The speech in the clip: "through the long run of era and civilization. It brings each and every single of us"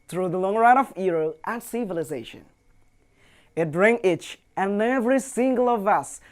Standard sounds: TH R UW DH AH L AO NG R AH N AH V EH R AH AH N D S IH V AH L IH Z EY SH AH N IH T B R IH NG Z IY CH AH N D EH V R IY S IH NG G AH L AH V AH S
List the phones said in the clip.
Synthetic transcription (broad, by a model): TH R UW DH AH L AO NG R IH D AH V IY R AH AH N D S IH V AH L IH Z EY SH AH N IH T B R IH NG IY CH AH N EH V R IY S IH NG G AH L AH V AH S